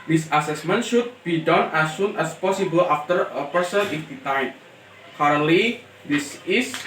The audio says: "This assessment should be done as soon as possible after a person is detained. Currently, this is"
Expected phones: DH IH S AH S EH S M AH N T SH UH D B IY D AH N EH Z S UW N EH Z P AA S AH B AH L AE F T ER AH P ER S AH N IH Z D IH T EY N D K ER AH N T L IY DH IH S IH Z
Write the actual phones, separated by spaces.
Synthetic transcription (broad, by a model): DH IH S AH S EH S M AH N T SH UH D B IY D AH N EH S UW N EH S P AA S AH B AH L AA F T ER AH P ER S AH N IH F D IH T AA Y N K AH T L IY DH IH S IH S